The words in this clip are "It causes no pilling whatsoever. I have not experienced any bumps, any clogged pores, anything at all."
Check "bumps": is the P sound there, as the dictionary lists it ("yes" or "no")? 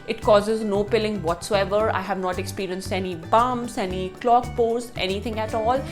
no